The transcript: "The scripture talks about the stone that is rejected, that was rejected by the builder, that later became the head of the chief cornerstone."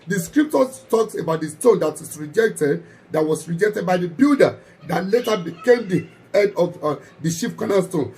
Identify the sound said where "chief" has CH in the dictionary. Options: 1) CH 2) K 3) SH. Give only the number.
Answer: 3